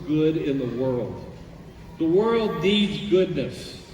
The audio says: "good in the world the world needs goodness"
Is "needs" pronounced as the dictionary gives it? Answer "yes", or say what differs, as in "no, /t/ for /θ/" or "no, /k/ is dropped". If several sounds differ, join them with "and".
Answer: yes